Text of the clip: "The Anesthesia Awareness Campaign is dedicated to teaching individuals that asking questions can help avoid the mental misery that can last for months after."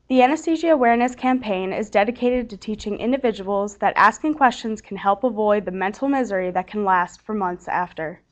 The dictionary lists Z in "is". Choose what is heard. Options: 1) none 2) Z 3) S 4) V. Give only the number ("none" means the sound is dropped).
2